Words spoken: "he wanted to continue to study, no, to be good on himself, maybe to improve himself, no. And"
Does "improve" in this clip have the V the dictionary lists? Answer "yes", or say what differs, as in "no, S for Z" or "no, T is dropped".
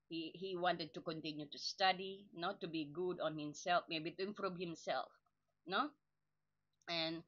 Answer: no, B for V